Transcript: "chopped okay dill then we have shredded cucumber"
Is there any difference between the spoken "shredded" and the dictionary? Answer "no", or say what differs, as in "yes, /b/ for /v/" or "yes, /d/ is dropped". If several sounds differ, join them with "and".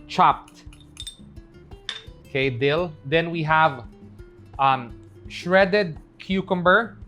no